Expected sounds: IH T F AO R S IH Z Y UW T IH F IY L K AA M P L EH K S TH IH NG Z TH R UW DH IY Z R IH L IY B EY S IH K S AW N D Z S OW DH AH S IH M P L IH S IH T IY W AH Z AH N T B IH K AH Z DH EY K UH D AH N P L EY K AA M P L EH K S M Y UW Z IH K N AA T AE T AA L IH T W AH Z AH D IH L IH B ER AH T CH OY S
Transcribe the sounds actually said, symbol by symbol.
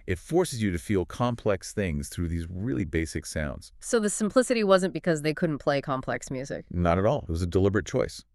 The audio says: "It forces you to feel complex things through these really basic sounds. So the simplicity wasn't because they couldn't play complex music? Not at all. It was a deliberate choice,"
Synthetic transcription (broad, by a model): IH T F AO R S IH Z Y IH T IH F IY L K AA M P L EH K S TH IH NG Z TH R UW DH IY Z R IH L IY B EY S IH K S AW N D Z S OW DH AH S IH M P L IH S IH T IY W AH Z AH N B IH K AH Z DH EY K UH D N P L EY K AA M P L EH K S M Y UW Z IH K N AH T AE T AA L IH T W AH Z AH D IH L IH B ER AH T CH OY S